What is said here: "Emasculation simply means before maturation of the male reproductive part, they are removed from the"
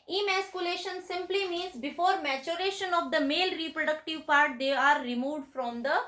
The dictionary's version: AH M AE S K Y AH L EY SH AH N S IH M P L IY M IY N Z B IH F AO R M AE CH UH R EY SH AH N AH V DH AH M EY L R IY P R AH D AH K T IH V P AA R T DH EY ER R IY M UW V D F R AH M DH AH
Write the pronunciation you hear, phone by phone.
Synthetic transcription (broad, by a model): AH M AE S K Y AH L EY SH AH N S IH M P L IY M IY N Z B IH F AO R M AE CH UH R EY SH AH N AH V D AH M EY L R IY P R AH D AH K T IH V P AA R T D EY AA R IY M UW V D F R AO M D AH